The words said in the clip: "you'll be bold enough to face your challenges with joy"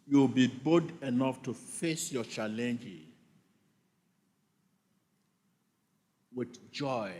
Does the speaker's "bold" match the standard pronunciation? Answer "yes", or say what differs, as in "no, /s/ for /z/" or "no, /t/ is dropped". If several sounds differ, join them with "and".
no, /l/ is dropped